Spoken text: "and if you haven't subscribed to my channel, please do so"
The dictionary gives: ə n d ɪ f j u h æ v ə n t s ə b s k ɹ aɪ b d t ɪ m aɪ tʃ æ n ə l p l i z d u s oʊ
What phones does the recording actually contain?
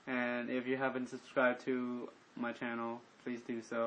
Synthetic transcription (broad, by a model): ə n ɪ f j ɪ h æ v ə n t s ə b s k ɹ aɪ b t ɪ m aɪ tʃ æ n l p l i z d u s oʊ